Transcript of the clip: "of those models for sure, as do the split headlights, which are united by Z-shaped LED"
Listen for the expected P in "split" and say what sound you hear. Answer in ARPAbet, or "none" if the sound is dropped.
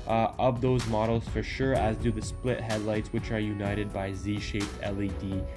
P